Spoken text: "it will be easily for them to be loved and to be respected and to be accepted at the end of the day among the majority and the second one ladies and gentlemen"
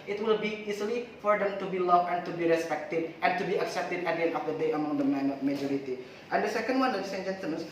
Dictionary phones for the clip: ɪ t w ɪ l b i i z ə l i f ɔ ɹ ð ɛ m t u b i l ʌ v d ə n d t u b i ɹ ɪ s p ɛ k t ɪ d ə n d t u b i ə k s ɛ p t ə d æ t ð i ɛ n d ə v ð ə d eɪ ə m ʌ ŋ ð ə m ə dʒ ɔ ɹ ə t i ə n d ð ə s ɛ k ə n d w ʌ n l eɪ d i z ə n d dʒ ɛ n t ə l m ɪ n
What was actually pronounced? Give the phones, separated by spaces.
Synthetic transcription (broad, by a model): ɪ t w ɪ l b i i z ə l i f ɔ ɹ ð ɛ m t u b i l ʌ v ə n t u b i ɹ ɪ s p ɛ k t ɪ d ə n t u b i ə k s ɛ p t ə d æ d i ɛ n ə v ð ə d eɪ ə m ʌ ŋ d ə m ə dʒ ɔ ɹ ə t i ə n d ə s ɛ k ə n d w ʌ n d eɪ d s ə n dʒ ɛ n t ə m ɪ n